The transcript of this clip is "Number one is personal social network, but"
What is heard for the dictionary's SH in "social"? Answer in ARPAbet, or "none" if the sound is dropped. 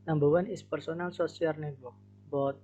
S